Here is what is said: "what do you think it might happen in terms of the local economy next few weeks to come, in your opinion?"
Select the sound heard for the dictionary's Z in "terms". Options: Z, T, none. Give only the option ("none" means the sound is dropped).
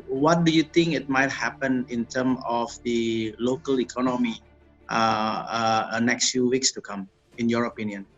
none